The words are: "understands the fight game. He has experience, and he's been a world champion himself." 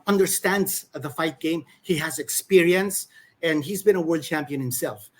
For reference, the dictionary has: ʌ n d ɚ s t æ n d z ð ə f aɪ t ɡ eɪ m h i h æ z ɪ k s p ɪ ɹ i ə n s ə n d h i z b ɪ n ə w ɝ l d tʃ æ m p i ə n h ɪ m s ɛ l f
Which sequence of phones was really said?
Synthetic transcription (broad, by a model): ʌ n d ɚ s t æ n d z ð ə f aɪ t ɡ eɪ m h i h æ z ɪ k s p ɪ ɹ i ə n s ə n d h i z b ɪ n ə w ɝ l d tʃ æ m p i ə n h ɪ m s ɛ l f